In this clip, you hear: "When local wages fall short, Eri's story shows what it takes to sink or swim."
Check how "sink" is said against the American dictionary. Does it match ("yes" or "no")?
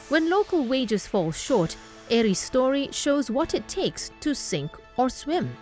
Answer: yes